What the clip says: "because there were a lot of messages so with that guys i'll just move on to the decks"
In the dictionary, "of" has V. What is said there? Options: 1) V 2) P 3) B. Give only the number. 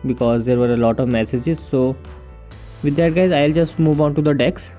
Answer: 1